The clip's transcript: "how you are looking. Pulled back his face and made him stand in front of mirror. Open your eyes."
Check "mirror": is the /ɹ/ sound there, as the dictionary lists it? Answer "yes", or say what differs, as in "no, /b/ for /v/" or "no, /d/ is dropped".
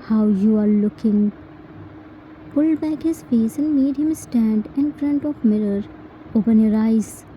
yes